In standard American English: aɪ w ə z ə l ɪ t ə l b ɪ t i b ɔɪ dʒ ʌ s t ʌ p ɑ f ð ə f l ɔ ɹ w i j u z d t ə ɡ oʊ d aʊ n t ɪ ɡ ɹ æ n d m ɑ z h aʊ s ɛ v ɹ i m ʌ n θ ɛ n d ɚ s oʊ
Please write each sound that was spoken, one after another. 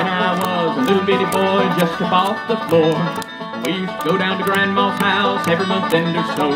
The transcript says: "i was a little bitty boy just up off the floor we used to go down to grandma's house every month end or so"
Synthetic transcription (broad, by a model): aɪ w ə z ə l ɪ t l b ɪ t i b ɔɪ dʒ ʌ s t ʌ b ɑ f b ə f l ɔ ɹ w i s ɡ oʊ d aʊ n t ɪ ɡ ɹ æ n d m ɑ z h aʊ s ɛ v ɹ i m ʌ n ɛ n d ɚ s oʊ